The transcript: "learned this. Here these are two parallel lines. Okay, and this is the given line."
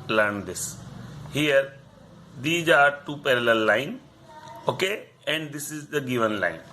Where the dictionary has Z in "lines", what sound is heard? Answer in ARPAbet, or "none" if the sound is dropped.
none